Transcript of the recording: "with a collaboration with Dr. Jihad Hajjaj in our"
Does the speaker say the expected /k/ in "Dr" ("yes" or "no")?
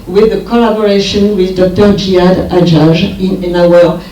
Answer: yes